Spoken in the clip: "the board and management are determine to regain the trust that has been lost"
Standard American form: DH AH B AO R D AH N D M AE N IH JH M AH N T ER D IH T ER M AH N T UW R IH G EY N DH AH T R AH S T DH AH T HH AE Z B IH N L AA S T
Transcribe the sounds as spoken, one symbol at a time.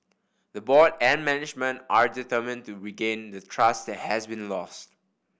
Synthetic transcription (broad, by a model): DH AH B AO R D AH N M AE N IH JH M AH N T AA D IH T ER M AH N T UW R IH G EY N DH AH T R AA S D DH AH T HH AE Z B IH N L AA S T